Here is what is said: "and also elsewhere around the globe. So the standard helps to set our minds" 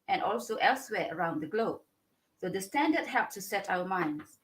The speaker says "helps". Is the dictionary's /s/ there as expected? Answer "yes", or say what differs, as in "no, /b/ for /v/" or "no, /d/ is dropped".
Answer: no, /s/ is dropped